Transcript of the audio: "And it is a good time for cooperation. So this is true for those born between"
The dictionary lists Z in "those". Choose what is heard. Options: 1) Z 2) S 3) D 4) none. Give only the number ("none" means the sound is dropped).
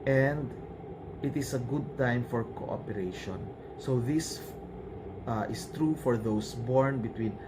2